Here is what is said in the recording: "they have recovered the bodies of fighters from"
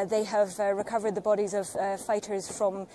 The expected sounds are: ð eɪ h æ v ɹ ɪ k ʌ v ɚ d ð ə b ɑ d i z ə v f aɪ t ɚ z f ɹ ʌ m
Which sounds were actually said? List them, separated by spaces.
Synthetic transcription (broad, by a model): ð eɪ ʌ v ɹ ɪ k ʌ v ɚ d ð ə b ɑ d i z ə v f aɪ t ɚ z f ɹ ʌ m